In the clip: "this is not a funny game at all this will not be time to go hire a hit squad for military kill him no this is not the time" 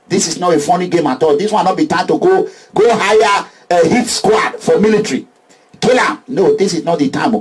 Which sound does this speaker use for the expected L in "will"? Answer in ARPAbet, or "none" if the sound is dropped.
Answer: N